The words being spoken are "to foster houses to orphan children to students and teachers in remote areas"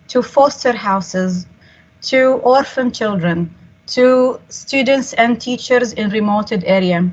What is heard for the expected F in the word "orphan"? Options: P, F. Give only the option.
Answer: F